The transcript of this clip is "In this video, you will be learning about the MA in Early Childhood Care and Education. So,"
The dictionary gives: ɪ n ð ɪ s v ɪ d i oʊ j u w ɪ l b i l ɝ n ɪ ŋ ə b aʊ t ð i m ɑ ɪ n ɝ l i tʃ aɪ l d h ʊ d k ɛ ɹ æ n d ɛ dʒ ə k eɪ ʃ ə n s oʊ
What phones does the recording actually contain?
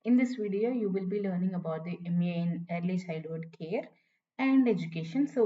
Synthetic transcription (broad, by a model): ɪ n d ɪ s v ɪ d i oʊ j u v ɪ l b i l ɝ n ɪ ŋ ə b aʊ t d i m ɪ n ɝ l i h aɪ d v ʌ d k ɛ ɹ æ n d ɛ dʒ ə k eɪ ʃ ə n s oʊ